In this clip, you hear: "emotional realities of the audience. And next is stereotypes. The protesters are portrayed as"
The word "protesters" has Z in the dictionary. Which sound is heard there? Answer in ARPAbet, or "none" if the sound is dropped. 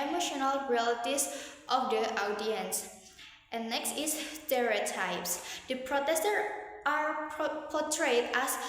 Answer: none